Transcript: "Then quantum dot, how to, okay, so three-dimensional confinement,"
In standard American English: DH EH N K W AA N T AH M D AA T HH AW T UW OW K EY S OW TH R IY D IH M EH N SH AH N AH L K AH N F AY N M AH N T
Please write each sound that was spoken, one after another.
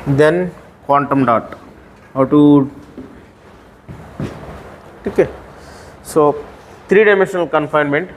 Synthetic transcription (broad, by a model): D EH N K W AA N T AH M D AA T HH AW T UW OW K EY S OW T R IY D IH M EH N SH AH N AH L K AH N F AY N M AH N T